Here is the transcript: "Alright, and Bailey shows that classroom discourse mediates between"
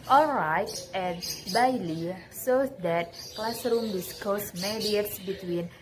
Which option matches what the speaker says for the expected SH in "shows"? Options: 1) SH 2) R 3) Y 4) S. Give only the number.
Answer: 4